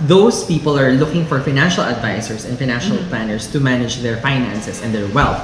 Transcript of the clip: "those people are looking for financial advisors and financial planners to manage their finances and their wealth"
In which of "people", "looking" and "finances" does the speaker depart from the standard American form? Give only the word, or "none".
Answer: finances